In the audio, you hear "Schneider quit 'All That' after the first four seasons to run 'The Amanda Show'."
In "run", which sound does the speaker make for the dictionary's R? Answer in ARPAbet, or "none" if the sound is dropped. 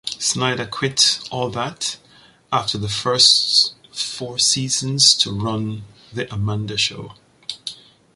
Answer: R